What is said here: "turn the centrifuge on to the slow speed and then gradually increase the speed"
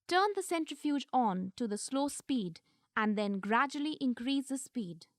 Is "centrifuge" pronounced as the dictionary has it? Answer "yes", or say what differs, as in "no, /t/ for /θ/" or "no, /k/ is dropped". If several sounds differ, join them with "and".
yes